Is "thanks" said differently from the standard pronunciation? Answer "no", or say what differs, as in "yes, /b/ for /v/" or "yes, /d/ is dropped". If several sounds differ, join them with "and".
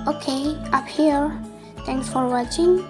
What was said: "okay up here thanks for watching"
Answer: yes, /t/ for /θ/